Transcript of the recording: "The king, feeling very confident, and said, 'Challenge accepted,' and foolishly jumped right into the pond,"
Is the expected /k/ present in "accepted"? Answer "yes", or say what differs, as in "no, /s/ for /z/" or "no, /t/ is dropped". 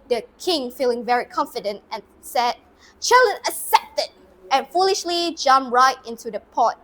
no, /k/ is dropped